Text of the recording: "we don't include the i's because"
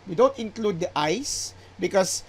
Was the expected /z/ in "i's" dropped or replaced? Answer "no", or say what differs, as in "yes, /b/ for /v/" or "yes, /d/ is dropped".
yes, /s/ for /z/